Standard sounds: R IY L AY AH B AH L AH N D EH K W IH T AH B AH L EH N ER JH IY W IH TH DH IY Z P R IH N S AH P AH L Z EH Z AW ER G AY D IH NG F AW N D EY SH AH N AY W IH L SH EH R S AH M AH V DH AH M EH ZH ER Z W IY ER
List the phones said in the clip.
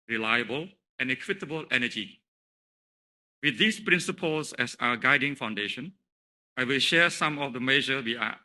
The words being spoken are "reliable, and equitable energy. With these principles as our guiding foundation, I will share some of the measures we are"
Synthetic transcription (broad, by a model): R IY L AY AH B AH L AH N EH K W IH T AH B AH L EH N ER JH IY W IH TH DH IY S P R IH N S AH P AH L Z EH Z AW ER G AY D IH NG F AW N D EY SH AH N AY W IH L SH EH S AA M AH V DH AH M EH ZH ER W IY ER